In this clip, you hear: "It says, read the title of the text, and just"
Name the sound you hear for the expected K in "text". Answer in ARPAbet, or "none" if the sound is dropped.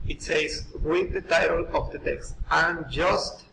K